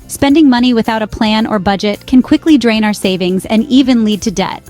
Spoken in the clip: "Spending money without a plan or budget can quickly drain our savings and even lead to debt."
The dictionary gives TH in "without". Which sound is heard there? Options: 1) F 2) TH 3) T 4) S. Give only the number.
2